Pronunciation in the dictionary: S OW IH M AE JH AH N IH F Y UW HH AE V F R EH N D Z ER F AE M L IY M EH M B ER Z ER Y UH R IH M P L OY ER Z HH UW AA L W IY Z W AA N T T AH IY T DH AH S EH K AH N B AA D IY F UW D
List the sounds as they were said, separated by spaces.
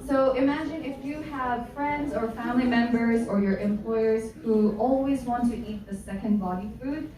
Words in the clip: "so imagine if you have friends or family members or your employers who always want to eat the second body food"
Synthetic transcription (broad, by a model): S OW IH M AE JH AH N IH F Y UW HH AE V F R EH N D Z ER F AE M L IY M EH M B ER Z ER Y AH R IH M P L OY ER Z HH UW AA L W IY Z W AA N T T IY T DH AH S EH K AH N B AA D IY F UW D